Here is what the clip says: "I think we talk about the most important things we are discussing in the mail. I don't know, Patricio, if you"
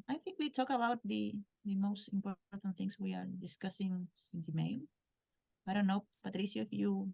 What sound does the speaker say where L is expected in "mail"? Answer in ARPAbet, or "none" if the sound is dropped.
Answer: N